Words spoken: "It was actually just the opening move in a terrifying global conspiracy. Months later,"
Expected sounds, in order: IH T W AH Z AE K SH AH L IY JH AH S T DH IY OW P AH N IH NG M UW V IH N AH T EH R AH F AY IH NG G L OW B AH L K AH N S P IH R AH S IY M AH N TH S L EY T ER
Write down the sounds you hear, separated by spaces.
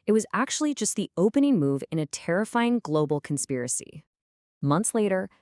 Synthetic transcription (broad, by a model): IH T W AH Z AE K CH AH L IY JH AH S T DH IY OW P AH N IH NG M UW V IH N AH T EH R AH F AY IH NG G L OW B L K N S P IH R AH S IY M AH N TH S L EY T ER